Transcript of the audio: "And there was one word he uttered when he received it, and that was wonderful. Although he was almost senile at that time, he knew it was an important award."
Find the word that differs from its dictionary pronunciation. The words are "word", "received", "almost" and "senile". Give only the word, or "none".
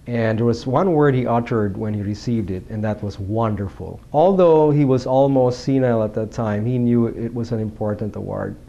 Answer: none